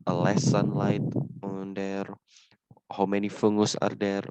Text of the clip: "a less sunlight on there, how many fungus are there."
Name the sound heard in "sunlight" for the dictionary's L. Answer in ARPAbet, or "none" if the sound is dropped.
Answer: L